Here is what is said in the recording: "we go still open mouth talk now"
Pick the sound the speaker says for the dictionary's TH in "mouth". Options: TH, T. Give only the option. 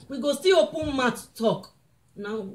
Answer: T